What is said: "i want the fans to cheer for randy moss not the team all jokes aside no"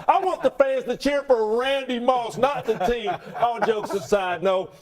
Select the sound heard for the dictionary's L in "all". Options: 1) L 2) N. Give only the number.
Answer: 2